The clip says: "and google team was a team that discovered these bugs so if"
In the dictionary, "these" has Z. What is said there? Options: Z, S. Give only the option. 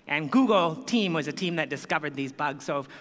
Z